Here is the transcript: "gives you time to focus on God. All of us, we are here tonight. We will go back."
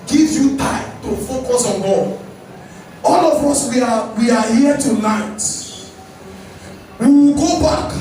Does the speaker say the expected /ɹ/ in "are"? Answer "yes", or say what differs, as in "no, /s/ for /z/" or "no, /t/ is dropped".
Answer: no, /w/ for /ɹ/